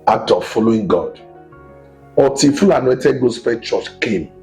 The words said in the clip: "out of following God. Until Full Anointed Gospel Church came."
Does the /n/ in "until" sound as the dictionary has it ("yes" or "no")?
no